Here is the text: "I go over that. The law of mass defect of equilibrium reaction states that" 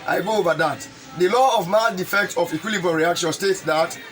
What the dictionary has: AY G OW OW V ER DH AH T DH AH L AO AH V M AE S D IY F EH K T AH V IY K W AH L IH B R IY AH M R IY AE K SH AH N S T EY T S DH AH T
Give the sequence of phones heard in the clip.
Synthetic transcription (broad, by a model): AY G OW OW V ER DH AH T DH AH L AO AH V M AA D IY F EH K T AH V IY K W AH L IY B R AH R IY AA K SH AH N S T EY T S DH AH T